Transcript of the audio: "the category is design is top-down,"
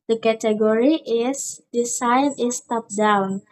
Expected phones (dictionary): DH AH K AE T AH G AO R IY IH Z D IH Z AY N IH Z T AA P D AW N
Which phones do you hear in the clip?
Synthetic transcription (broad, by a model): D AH K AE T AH G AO R IY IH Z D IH S AY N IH S T AA P D AW N